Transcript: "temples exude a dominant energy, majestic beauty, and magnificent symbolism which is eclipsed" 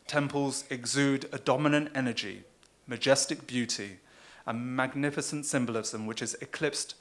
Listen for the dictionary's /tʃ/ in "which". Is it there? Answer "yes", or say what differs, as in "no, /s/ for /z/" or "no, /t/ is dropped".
yes